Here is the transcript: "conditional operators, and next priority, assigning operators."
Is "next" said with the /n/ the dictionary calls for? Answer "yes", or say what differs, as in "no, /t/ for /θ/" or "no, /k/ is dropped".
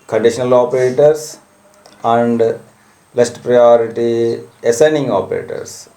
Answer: no, /l/ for /n/